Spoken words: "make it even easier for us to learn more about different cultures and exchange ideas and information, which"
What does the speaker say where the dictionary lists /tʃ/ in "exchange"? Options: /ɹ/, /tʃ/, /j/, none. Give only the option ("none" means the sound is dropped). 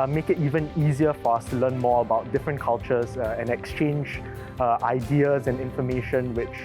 /tʃ/